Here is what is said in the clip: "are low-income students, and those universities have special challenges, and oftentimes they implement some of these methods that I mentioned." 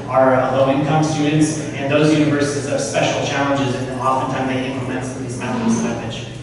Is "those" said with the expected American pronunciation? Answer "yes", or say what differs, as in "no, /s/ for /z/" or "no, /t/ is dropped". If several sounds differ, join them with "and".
yes